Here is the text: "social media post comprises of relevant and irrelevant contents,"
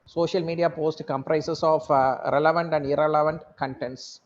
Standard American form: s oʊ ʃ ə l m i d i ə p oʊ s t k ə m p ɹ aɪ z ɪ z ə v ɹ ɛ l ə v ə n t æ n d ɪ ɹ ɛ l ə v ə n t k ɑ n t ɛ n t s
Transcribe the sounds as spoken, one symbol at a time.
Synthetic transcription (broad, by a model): s oʊ ʃ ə l m i d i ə p oʊ s t k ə m p ɹ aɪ s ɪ s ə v ɹ ɛ l ə v ə n t æ n d ɪ ɹ ɛ l ə v ə n t k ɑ n t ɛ n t s